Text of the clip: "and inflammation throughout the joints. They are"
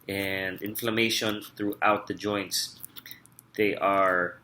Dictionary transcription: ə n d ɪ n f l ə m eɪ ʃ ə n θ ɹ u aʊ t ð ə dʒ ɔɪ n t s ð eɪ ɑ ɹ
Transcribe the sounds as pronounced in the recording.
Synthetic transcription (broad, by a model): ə n d ɪ n f l ə m eɪ ʃ ə n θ ɹ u aʊ t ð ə dʒ ɔɪ n t s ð eɪ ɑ ɹ